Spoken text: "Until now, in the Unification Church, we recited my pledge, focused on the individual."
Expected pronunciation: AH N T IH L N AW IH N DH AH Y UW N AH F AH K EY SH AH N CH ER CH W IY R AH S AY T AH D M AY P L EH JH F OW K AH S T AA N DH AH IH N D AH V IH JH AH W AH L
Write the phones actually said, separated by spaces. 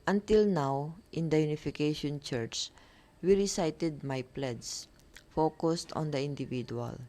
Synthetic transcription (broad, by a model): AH N T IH L N AW IH N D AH Y UW N AH F AH K EY SH AH N CH ER CH W IY R AH S AY T AH D M AY P L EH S F OW K AH S T AA N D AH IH N D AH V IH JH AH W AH L